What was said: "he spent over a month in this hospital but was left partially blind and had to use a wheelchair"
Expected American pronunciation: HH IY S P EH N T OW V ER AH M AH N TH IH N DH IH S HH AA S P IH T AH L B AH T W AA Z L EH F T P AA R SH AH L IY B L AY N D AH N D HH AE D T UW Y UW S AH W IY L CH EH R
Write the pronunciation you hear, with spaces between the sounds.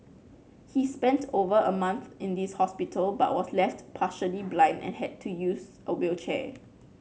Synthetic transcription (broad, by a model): HH IY S P EH N T OW V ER AH M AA N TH IH N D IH S HH AA S P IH T AH L B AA T W AA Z L EH F T P AA SH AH L IY B L AY N D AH N HH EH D T UW Y UW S AH W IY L CH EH